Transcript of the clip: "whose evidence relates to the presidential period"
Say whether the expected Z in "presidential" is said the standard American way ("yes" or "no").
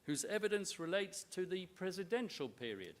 yes